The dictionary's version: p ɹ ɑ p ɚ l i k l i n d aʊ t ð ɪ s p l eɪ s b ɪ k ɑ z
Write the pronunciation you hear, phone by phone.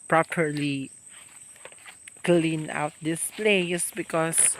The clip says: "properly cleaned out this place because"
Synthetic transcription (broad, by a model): p ɹ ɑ p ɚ l i k l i n aʊ t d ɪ s p l eɪ s b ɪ k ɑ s